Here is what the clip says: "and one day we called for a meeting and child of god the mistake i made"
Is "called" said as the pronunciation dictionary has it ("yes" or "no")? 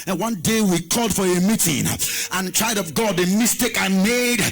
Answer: yes